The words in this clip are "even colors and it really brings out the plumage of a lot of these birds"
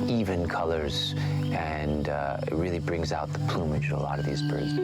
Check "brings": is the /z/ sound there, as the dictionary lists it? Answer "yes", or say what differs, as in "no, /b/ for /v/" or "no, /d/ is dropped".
yes